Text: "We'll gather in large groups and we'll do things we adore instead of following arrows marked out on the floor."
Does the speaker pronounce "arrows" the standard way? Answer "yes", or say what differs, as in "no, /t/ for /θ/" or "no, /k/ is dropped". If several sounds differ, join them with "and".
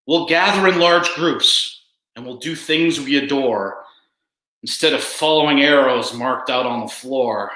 yes